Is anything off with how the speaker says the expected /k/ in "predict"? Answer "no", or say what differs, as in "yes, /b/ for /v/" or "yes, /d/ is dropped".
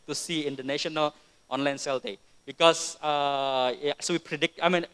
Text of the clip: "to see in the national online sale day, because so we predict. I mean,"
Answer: no